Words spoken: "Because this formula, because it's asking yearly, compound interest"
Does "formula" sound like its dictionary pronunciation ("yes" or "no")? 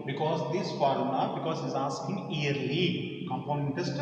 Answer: no